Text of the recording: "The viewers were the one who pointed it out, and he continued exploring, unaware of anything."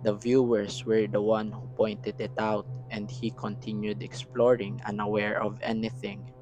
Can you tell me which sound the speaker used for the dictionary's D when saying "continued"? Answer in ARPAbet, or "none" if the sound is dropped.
D